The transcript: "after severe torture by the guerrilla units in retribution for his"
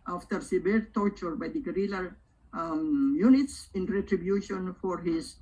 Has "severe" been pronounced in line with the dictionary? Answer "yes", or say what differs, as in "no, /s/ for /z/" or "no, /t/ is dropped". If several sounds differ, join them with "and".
no, /b/ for /v/